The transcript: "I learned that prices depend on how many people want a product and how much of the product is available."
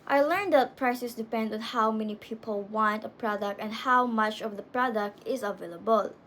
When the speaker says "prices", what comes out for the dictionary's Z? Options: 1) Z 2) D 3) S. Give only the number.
3